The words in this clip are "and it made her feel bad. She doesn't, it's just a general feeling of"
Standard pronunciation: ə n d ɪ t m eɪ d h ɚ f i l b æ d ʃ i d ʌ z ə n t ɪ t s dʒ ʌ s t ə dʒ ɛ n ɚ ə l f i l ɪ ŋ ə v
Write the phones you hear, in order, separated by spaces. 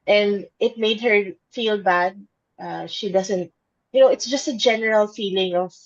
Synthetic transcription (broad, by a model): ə n d ɪ t m eɪ d h ɚ f i l b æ d ʃ i d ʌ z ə n t ɪ t s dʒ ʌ s t ə dʒ ɛ n ɚ ə l f i l ɪ ŋ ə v